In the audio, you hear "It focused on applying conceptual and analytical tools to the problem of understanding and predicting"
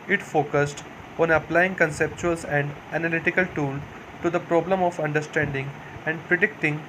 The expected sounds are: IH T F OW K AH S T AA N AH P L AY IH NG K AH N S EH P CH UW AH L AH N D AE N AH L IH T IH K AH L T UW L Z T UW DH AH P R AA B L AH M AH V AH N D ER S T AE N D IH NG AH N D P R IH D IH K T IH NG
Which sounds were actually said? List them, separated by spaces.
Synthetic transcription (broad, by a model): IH T F OW K AH S T AA N AH P L AY IH NG K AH N S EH P CH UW AH L AH N D AE N AH L IH T IH K AH L T UW L T UW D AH P R AA B L AH M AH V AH N D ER S T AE N D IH NG AH N D P R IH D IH K T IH NG